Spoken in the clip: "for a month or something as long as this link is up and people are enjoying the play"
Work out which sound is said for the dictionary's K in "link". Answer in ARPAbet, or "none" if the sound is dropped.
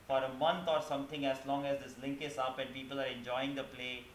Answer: K